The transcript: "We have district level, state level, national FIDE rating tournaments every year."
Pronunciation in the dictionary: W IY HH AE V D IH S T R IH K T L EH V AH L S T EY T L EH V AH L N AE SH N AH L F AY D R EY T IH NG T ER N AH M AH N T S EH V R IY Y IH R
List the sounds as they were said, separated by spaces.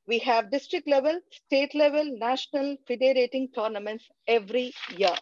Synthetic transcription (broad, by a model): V IY HH AE V D IH S T R IH K T L EH V AH L S T EY T L EH V AH L N AE SH N AH L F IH D R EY T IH NG T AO N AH M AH N T S EH V R IY Y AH R